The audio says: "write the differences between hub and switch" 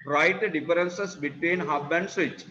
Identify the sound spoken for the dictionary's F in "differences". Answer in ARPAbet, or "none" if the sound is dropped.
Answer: none